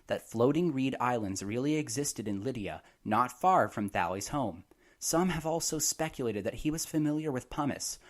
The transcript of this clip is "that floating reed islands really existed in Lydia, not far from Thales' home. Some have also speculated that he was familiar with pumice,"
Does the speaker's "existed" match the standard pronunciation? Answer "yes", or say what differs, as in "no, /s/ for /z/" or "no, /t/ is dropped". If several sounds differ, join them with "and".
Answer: yes